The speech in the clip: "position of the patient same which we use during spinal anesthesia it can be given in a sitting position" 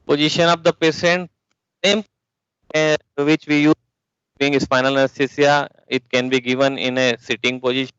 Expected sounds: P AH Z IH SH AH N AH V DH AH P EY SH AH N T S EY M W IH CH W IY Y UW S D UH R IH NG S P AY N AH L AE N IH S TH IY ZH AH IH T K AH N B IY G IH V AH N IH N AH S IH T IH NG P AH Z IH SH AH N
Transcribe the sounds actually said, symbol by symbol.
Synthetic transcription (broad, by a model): P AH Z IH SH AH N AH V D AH P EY S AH N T S EY M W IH CH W IY Y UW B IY IH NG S F AY N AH L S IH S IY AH IH T K AH N B IY G IH V AH N IH N AH S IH T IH NG P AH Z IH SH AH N